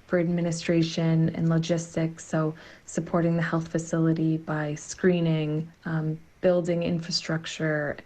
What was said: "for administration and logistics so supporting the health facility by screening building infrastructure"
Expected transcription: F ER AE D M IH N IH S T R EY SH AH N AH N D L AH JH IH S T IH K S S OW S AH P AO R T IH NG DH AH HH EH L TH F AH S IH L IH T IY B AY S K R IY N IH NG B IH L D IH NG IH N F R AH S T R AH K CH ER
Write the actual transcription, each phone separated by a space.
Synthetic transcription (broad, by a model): F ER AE D M IH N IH S T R EY SH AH N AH N L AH JH IH S T IH K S S OW S AH P AO R T IH NG DH AH HH EH L TH F AH S IH L IH T IY B AY S K R IY N IH NG B IH L D IH NG IH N F R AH S T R AH K CH ER